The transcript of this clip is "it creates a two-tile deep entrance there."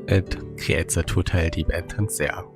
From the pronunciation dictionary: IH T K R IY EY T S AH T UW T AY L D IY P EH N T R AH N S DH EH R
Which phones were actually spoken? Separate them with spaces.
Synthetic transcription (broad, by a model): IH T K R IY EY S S AH T UW T AY L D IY B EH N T AH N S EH